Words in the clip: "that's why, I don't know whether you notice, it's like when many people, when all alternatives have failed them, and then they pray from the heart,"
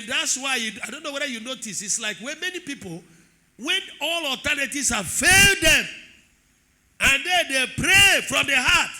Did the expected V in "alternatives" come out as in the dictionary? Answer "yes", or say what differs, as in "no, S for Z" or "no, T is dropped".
no, V is dropped